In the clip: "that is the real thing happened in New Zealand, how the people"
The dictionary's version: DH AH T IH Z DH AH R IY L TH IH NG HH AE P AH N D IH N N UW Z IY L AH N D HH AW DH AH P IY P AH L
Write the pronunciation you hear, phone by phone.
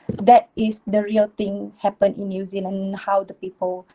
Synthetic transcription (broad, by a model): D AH T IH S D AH R IY L T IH NG HH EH P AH N IH N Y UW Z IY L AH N HH AW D AH P IY P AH L